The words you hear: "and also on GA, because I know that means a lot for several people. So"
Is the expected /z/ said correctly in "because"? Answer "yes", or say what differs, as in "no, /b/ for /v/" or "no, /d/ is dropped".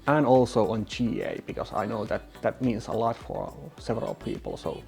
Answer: no, /s/ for /z/